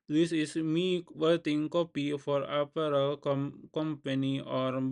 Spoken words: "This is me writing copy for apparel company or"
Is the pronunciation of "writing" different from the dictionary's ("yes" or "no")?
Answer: yes